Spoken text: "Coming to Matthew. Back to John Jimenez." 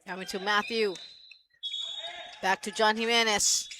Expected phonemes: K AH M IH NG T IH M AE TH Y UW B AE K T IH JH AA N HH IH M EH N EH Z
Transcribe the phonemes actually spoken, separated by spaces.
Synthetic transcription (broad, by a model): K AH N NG T IH M AE TH Y UW B AE K T IH JH AA N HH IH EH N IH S